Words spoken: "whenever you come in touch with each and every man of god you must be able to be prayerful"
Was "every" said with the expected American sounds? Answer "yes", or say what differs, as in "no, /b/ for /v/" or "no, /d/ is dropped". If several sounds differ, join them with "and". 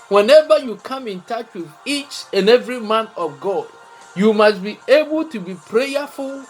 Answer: yes